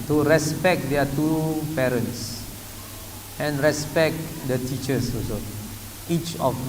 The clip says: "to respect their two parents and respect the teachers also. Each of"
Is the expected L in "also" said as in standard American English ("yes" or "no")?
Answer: no